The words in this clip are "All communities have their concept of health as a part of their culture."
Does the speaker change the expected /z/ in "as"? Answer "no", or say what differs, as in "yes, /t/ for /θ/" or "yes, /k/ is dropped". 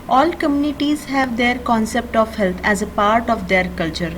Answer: no